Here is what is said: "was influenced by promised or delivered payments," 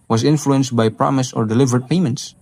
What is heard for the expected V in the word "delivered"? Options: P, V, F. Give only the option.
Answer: V